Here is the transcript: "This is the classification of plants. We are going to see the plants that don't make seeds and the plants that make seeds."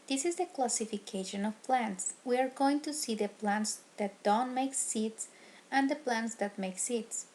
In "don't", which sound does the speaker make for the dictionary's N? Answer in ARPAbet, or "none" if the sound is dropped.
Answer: N